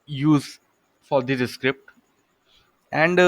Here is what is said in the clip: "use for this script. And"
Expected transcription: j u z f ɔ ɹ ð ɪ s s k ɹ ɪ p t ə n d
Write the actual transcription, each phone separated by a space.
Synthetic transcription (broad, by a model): j u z f ɔ ɹ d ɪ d s k ɹ ɪ p t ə n d